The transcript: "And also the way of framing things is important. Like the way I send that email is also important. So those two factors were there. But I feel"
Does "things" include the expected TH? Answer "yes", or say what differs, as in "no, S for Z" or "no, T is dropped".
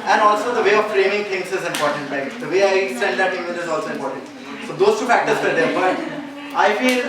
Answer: no, T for TH